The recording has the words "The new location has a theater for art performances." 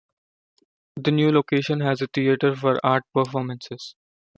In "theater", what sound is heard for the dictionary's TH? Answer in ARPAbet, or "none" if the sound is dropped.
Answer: T